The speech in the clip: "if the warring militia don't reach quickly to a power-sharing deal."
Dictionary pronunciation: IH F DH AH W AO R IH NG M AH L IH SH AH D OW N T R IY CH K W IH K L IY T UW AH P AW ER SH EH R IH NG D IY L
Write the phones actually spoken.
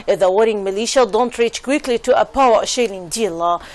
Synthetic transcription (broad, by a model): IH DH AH W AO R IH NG M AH L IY SH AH D OW N T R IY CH K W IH K L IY T UW AH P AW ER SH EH L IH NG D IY L